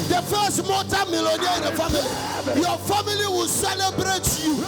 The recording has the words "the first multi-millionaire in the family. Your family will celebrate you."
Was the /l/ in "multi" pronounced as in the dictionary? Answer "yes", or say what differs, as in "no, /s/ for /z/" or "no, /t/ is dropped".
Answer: no, /l/ is dropped